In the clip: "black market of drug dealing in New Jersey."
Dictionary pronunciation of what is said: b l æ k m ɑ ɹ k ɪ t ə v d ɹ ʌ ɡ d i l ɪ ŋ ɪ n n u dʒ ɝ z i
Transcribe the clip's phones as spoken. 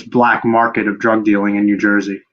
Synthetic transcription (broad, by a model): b l æ k m ɑ ɹ k ɪ t ə v d ɹ ʌ ɡ d i l ɪ ŋ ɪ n n u dʒ ɝ z i